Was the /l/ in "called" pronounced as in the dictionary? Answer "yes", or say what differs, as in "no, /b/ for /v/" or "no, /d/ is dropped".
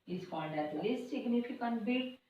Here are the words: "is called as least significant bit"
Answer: no, /n/ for /l/